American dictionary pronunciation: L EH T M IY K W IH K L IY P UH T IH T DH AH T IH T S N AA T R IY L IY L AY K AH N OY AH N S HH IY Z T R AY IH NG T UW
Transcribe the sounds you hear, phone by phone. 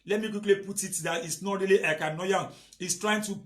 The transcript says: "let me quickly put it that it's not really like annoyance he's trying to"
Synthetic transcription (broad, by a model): L EH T M IY K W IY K L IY P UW T IH T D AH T IH T S N AA T R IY L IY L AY K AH N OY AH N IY S T R AY IH NG T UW